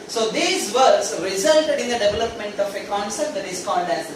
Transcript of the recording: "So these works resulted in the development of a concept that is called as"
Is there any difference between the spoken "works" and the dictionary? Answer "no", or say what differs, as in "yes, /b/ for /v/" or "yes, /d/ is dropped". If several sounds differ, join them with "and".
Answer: yes, /k/ is dropped